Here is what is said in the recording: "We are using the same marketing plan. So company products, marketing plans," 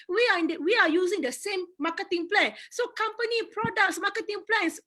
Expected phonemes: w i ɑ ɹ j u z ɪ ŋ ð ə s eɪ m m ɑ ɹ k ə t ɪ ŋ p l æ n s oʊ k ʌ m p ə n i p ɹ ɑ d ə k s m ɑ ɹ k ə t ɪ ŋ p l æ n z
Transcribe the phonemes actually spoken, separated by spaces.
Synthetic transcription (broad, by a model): w i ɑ w j u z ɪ ŋ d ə s eɪ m m ɑ k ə t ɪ ŋ p l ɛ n s oʊ k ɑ m p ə n i p ɹ ɑ d ə k s m ɑ k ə t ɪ ŋ p l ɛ n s